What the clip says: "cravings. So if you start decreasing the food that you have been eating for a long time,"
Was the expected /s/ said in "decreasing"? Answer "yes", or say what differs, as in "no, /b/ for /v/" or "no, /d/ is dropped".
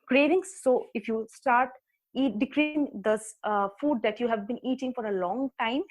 no, /s/ is dropped